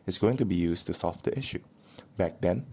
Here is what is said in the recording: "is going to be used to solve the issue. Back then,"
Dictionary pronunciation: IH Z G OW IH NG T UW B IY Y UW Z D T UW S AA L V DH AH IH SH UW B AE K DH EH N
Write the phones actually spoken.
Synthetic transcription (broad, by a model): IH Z G OW IH NG T UW B IY Y UW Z T UW S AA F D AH IH SH UW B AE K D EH N